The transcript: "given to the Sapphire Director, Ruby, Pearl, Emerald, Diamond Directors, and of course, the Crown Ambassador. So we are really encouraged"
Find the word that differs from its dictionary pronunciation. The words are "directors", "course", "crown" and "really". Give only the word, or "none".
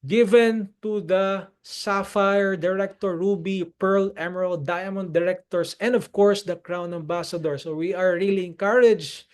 directors